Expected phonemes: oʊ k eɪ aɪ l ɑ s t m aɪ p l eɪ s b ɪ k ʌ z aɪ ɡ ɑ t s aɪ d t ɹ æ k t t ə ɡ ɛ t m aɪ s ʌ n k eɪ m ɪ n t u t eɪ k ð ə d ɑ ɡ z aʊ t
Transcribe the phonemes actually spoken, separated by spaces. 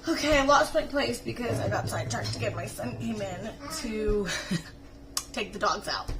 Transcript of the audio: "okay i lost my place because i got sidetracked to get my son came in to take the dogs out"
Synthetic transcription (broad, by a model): oʊ k eɪ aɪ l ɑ t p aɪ p l eɪ s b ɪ k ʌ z aɪ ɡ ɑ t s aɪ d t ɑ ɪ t t ə ɡ ɛ t m aɪ s ʌ n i m ɪ n t u t eɪ k ð ə d ɑ ɡ z aʊ t